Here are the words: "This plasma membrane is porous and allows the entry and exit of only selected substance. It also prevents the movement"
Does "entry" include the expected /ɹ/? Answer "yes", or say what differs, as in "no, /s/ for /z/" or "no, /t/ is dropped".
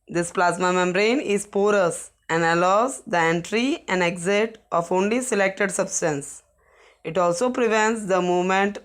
yes